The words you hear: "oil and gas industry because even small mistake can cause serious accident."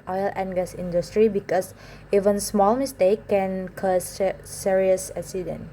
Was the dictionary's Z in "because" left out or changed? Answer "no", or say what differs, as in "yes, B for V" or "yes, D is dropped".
yes, S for Z